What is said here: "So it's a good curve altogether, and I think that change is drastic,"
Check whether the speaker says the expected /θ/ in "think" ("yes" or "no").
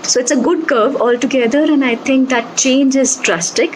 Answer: no